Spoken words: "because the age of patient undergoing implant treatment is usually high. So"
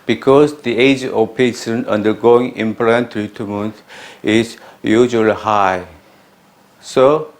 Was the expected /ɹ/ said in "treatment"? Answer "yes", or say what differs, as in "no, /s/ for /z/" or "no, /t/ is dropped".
no, /ɹ/ is dropped